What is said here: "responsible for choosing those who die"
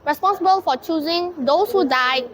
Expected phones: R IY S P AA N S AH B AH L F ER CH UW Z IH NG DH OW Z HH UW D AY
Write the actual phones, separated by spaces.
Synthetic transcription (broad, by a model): R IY S P AA N S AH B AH L F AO CH UW Z IH NG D OW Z HH UW D AY